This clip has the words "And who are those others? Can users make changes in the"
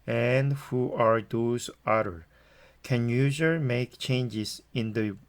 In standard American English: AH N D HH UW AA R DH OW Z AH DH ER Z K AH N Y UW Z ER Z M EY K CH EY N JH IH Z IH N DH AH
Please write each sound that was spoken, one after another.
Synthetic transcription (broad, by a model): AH N D HH UW AA R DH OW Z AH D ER K AH N Y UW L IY M EY K CH EY N JH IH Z IH N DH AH